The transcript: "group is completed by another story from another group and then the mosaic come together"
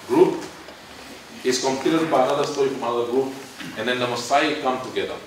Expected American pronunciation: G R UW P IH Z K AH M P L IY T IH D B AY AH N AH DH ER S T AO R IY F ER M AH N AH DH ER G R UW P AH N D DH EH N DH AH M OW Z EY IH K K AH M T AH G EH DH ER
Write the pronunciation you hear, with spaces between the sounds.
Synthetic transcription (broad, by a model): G R UW P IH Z K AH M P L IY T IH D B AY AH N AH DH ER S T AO IY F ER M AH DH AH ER G R UW P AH N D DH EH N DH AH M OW S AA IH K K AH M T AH G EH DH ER